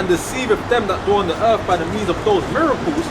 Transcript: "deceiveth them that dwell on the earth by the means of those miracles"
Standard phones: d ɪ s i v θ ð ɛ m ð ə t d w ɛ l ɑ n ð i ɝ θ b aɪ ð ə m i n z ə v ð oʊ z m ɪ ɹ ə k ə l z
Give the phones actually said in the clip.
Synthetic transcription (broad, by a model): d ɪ s i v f ð ɛ m ð ə t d ɑ n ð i ɝ θ b aɪ ð ə m i n z ə v ð oʊ z m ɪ ɹ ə k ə l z